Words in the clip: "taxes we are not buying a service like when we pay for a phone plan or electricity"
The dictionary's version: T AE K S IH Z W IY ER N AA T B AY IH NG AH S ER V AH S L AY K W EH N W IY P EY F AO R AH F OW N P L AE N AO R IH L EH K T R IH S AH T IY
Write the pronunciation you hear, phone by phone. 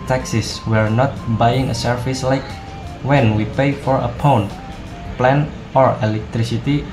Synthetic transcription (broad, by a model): T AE K S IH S W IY ER N AA T B AY IH NG AH S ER F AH S L AY K W EH N W IY P EY F AO R AH P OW N P L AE N AO R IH L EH K T R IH S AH T IY